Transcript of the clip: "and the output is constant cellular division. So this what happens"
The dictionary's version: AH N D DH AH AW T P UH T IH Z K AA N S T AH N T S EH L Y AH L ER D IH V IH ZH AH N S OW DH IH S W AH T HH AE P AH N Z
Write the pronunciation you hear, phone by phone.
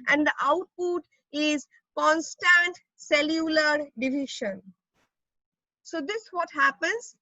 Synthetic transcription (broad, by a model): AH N D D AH AW T P UH T IH Z K AA N S T AH N T S EH L Y AH L ER D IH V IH SH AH N S OW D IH S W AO T HH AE P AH N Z